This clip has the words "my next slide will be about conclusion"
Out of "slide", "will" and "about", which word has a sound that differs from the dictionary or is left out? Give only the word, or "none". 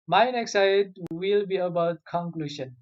slide